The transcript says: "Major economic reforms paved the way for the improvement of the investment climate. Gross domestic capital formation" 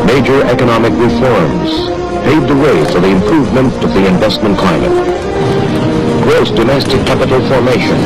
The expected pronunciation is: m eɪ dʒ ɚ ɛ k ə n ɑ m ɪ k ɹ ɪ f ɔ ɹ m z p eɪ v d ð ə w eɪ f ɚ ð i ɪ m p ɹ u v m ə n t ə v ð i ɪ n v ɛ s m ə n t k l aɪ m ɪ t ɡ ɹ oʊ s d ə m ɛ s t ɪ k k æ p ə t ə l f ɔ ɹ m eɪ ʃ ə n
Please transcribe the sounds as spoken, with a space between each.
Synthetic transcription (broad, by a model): m eɪ dʒ ɚ ɛ k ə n ɑ m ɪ k ɹ ɪ f ɔ ɹ m z p eɪ d ð ə w eɪ f ɚ ð i ɪ m p ɹ u v m ə n t ə v ð i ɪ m v ɛ s m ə n k l aɪ m ɪ t ɡ ɹ oʊ s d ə m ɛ s t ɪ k k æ p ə t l f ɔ ɹ m eɪ ʃ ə n